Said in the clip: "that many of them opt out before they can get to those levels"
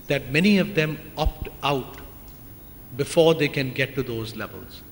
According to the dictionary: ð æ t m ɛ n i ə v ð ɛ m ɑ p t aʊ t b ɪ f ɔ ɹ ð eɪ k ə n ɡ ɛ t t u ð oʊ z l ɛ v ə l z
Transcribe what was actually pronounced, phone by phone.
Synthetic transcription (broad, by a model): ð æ t m ɛ n i ə v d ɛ m ɑ p t aʊ t b ɪ f ɔ ɹ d eɪ k ə n ɡ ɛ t t u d oʊ z l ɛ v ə l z